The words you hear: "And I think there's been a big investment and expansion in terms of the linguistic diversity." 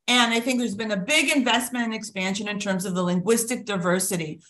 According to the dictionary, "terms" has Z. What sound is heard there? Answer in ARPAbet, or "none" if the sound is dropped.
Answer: Z